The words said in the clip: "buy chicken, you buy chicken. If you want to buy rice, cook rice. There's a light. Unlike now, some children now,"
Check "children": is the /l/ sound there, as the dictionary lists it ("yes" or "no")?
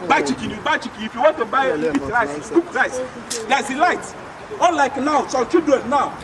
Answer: no